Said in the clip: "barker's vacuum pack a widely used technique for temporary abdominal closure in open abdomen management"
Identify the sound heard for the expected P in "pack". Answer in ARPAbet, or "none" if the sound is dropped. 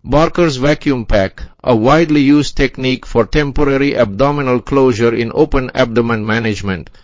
P